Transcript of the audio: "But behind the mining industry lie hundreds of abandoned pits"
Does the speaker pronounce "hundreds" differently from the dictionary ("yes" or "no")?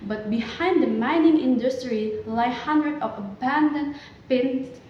yes